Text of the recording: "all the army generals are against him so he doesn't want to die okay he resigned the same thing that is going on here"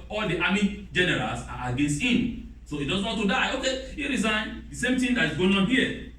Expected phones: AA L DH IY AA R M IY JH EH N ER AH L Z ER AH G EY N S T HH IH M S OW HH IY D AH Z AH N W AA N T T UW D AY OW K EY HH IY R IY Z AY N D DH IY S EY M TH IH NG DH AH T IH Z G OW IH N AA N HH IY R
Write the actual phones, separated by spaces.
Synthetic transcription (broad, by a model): AA L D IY AA M IY JH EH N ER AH L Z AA AH G EY N S T HH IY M S OW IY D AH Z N W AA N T T UW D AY OW K EY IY R IY Z AY N D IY S EY M T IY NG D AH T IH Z G OW IH N AA N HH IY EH